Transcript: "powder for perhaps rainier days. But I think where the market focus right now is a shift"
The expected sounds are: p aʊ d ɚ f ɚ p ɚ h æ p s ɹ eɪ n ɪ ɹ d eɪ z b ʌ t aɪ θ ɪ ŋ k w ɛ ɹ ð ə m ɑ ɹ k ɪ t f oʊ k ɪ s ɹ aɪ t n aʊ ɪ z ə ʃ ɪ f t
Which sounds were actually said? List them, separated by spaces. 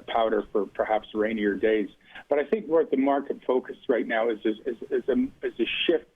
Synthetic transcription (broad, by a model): p aʊ d ɚ f ɚ p ɚ h æ p s ɹ eɪ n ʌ ɹ d eɪ z b ʌ t aɪ θ ɪ ŋ k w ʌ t ð ə m ɑ ɹ k ɪ t f oʊ k ɪ s ɹ aɪ t n aʊ ɪ z ə ʃ ɪ f t